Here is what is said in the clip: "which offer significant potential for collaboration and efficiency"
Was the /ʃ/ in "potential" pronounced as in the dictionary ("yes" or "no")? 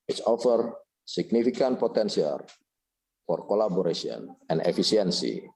no